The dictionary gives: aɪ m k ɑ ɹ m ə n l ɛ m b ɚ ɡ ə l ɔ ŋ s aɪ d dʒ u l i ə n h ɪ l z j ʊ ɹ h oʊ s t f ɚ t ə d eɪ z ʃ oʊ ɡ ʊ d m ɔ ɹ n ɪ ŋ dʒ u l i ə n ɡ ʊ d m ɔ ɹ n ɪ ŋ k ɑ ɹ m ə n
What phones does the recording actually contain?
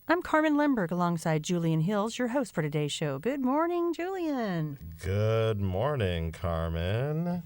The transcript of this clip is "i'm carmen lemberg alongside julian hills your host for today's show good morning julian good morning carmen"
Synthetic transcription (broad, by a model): aɪ m k ɑ ɹ m ə n l ɛ m b ɚ ɡ ə l ɔ ŋ s aɪ d dʒ u l i ə n h ɪ l z j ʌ ɹ h oʊ s t f ɚ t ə d eɪ ʃ oʊ ɡ ʊ d m ɔ ɹ n ɪ ŋ dʒ u l i ə n ɡ ʊ d m ɔ ɹ n ɪ ŋ k ɑ ɹ m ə n